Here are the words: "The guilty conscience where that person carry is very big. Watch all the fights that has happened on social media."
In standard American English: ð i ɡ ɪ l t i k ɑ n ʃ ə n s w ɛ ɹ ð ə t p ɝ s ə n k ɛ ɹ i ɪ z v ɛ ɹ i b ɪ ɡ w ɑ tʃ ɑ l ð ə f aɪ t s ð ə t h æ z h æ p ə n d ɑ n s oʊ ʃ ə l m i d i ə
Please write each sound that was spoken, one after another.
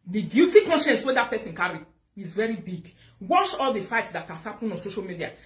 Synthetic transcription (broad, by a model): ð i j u t i k ɑ n ʃ ə n s w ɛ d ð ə t p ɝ s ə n k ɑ ɹ i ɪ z v ɛ ɹ i b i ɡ w ɑ ʃ ɑ l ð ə f aɪ t s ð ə t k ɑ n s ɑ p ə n ɑ n s oʊ ʃ ə l m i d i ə